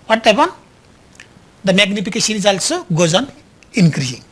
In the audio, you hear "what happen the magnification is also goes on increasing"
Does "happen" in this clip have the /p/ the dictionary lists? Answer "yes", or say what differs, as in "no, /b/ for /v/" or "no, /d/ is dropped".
no, /b/ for /p/